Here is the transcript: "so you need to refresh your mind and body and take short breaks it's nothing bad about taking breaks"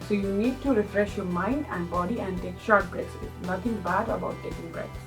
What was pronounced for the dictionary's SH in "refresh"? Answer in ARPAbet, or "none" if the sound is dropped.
SH